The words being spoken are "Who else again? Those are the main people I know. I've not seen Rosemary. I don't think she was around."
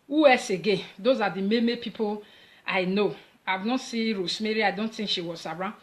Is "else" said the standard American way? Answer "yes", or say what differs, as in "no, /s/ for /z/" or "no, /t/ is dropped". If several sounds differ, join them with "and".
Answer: no, /l/ is dropped